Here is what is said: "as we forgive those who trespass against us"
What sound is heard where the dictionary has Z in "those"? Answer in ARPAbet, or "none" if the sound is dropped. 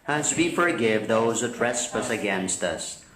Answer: Z